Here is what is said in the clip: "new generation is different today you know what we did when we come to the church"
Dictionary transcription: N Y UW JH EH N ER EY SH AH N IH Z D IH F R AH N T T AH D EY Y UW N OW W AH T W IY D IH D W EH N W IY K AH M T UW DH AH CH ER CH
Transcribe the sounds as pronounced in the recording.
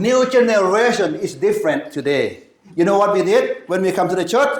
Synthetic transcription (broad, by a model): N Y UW JH EH N ER EY SH AH N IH S D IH F R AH N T T AH D EY Y UW N OW W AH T W IY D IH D W EH N W IY K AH M T UW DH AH CH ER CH